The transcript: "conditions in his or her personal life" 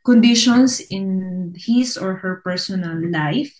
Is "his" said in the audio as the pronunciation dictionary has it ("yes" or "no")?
no